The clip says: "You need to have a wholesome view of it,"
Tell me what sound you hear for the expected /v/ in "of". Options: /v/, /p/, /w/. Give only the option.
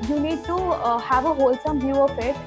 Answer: /p/